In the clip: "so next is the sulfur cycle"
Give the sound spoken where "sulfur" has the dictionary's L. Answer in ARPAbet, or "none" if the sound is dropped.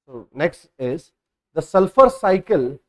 L